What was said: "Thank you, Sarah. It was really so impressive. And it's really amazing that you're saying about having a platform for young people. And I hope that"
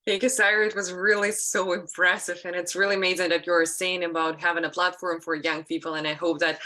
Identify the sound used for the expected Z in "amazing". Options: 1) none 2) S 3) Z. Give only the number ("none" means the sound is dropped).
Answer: 3